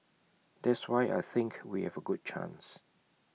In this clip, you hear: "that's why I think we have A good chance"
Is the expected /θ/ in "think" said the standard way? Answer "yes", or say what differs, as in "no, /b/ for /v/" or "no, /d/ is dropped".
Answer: yes